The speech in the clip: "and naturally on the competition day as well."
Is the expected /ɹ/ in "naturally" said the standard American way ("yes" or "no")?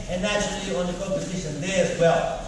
no